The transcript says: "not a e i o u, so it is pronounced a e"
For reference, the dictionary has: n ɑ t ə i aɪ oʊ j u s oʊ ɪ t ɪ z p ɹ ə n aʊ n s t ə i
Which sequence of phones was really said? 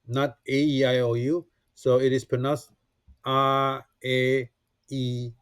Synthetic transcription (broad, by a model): n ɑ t ə i aɪ oʊ j u s oʊ ɪ t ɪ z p ə n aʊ s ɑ ə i